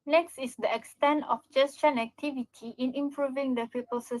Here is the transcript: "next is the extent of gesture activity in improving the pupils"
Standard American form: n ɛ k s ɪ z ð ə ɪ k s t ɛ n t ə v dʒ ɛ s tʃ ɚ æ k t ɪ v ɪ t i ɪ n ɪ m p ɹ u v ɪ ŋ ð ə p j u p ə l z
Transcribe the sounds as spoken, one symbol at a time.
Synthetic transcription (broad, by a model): n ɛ k s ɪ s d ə ɪ k s t ɛ n t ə f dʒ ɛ s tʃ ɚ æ k t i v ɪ t i ɪ n ɪ m p ɹ u v ɪ ŋ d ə p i p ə l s